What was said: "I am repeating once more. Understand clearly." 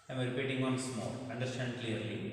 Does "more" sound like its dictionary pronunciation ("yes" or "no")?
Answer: no